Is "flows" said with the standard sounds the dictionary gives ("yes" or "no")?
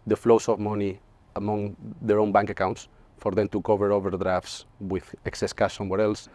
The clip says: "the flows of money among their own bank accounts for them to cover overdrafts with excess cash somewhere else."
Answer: no